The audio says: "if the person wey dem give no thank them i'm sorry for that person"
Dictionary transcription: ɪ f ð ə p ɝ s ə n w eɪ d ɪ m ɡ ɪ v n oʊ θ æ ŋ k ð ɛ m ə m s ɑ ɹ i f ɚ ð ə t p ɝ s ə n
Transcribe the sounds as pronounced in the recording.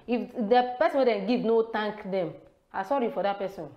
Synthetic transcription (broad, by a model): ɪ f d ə p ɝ s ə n w eɪ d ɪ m ɡ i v n oʊ t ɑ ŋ k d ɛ m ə s ɑ ɹ i f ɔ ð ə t p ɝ s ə n